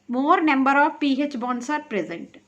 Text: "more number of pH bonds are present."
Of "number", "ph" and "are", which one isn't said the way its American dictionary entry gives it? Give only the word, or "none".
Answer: none